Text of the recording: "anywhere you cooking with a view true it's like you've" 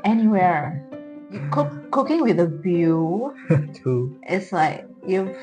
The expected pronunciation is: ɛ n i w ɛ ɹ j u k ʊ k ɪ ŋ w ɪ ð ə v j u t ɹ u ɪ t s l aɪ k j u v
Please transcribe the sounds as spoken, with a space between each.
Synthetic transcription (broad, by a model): ɛ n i w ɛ ɹ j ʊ k ʊ k ɪ ŋ w ɪ ð ə b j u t u ɪ t s l aɪ k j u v